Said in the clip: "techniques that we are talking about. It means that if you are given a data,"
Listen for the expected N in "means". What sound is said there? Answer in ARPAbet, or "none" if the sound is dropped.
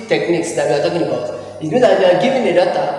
none